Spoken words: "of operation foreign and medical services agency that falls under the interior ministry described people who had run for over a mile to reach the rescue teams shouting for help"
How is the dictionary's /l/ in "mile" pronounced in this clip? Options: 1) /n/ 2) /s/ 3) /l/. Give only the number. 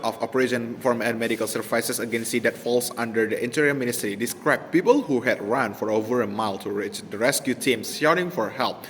3